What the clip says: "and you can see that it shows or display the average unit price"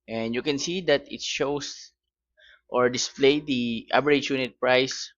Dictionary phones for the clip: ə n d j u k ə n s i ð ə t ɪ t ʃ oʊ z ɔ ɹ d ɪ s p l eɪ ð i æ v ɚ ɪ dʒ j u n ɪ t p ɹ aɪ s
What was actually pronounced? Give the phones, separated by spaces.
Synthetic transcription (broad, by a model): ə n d j u k ə n s i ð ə t ɪ t ʃ oʊ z ɔ ɹ d ɪ s p l eɪ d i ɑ b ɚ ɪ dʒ j u n ɪ t p ɹ aɪ s